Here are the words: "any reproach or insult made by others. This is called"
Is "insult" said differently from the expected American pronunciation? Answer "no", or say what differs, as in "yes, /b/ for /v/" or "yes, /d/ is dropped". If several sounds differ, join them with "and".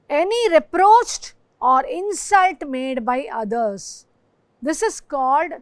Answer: no